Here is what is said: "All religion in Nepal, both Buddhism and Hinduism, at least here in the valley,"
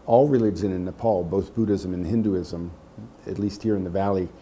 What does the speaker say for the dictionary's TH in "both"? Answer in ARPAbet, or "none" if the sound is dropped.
TH